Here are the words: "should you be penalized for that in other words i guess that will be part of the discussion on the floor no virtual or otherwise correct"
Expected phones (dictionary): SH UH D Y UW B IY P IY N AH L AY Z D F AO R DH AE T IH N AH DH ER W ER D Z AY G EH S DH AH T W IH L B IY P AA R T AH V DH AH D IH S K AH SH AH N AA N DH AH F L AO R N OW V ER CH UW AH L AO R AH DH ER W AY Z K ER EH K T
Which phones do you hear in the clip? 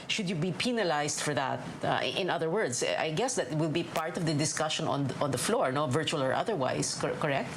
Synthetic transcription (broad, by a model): SH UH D Y UW B IY P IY N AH L AY S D F AO R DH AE T IH N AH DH ER W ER D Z AY G EH S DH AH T W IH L B IY P AA R T AH V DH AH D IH S K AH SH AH N AA N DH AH F L AO R N OW V ER CH UW AH L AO R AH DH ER W AY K K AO EH K T